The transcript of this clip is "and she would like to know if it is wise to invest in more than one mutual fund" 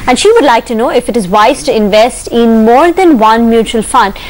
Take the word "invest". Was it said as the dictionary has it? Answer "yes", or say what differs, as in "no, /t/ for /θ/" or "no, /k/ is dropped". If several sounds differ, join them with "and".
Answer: yes